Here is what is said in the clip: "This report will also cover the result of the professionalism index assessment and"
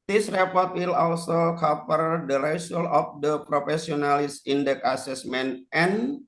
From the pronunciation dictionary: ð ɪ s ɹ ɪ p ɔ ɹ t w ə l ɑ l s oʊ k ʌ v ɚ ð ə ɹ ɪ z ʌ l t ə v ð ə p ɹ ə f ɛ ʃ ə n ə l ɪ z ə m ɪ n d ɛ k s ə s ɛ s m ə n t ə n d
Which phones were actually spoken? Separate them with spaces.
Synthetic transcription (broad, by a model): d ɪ s ɹ ɪ p ɔ ɹ t w ə l ɑ l s oʊ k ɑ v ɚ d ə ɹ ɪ s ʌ l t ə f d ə p ɹ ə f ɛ s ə n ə l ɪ s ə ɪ n d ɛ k ə s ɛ s m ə n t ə n